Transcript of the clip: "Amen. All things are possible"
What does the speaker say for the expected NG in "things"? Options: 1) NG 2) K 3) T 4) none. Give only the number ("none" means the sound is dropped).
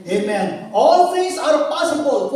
4